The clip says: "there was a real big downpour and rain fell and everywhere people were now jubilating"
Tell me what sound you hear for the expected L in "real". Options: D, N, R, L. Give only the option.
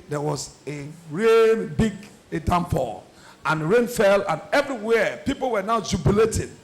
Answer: N